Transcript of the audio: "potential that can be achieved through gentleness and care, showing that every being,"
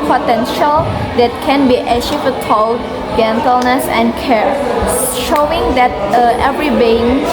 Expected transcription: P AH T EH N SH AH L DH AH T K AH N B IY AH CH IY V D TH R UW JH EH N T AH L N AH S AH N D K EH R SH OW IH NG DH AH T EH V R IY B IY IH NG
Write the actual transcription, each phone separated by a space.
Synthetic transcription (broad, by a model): P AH T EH N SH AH L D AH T K AH N B IY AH SH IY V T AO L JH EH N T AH L N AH S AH N K EH R SH OW IH NG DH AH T EH V R IY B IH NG